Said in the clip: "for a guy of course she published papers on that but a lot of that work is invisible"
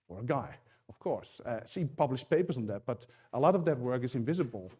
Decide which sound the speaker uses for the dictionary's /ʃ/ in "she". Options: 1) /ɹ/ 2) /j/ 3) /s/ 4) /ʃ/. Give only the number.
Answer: 3